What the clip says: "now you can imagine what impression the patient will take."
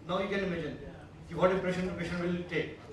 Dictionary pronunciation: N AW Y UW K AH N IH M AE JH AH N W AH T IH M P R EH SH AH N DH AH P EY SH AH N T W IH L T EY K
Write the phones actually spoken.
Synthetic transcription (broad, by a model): N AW Y UW K AH N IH M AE JH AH N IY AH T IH P R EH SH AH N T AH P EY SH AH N W IH L T EY K